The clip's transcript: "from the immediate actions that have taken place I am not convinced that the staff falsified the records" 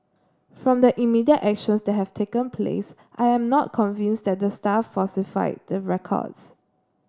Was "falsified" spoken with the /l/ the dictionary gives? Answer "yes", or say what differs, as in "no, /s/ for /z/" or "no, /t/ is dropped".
no, /l/ is dropped